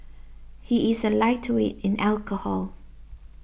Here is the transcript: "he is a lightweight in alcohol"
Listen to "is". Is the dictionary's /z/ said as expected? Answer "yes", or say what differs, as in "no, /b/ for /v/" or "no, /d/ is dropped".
yes